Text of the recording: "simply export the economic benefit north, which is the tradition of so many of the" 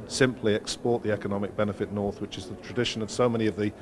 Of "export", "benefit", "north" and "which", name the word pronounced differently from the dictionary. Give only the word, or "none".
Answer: none